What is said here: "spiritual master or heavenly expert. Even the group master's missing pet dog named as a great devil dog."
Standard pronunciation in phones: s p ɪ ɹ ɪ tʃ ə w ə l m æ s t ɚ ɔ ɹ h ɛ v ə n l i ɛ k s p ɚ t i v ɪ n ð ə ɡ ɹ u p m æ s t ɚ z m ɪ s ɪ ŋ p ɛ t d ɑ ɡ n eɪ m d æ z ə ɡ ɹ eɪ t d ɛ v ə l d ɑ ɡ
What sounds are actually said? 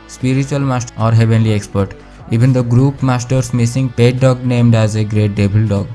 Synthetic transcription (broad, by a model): s p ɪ ɹ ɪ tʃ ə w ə l m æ s t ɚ ɔ ɹ h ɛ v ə n l i ɛ k s p ɚ t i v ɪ n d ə ɡ ɹ u p m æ s t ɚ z m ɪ s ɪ ŋ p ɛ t d ɑ ɡ n eɪ m d æ z ə ɡ ɹ eɪ t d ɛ b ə l d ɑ ɡ